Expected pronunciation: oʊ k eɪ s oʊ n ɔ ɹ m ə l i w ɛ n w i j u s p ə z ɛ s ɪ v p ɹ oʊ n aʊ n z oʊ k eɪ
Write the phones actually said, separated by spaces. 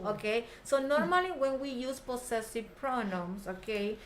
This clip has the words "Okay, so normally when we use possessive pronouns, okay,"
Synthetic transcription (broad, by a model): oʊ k eɪ s oʊ n ɔ ɹ m ə l i w ɛ n w i j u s p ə s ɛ s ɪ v p ɹ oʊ n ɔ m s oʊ k eɪ